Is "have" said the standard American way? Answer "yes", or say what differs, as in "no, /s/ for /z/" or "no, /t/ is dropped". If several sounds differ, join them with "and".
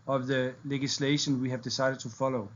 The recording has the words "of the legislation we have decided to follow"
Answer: yes